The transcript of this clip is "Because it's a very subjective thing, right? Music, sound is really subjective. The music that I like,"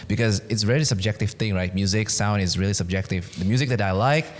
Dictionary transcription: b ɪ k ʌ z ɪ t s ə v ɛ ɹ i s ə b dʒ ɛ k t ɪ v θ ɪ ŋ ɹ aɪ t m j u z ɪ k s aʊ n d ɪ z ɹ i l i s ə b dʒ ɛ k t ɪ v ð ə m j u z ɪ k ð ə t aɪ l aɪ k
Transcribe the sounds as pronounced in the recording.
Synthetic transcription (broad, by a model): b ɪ k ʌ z ɪ t s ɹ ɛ l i s ə b dʒ ɛ k t ɪ v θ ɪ ŋ ɹ aɪ t m j u z ɪ k s aʊ n d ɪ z ɹ i l i s ə b dʒ ɛ k t ɪ v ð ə m j u z ɪ k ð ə t aɪ l aɪ k